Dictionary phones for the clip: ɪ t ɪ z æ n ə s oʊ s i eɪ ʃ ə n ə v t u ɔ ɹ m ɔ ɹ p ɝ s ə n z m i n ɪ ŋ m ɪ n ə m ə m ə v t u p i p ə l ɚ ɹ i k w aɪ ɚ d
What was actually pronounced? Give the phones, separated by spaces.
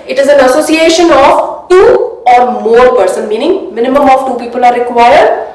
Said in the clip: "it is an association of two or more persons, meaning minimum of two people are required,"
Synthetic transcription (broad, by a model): ɪ t ɪ z æ n ə s oʊ s i eɪ ʃ ə n ə v t u ɔ ɹ m ɔ ɹ p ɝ s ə n m i n ɪ ŋ m ɪ n ə m ə m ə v t u p i p ə l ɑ ɹ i k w aɪ ɚ d